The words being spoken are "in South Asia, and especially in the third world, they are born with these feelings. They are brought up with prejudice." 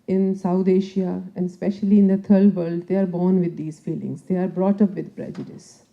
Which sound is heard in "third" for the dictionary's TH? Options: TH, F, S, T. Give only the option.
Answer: T